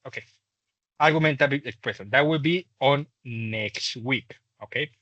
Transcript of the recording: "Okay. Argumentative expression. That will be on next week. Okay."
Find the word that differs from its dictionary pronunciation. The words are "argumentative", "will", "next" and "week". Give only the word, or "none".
argumentative